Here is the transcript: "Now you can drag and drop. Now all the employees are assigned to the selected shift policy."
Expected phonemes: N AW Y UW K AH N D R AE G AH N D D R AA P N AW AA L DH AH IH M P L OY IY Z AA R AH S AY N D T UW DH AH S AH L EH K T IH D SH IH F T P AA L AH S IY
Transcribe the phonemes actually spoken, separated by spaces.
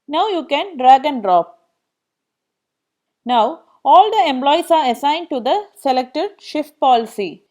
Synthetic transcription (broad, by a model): N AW Y UW K AH N D R AE G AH N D D R AA P N AW AA L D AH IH M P L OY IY S AA R AH S AY N D T UW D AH S AH L EH K T IH D SH IH F T P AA L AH S IY